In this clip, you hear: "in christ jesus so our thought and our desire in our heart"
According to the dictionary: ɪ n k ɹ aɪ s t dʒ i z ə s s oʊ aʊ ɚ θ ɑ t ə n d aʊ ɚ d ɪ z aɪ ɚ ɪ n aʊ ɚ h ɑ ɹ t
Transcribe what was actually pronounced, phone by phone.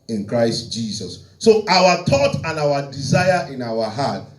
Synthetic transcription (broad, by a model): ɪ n k ɹ aɪ s t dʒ i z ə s s oʊ aʊ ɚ t ɑ t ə n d aʊ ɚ d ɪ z aɪ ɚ ɪ n aʊ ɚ h ɑ t